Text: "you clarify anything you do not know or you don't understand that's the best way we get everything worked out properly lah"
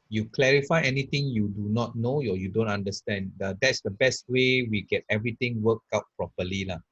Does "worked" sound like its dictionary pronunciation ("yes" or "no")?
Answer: no